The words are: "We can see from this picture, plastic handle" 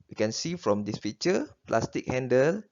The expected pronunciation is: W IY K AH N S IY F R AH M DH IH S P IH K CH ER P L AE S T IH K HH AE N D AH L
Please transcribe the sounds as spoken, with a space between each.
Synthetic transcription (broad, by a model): W IY K AH N S IY F R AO M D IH S F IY CH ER P L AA S T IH K HH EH N D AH L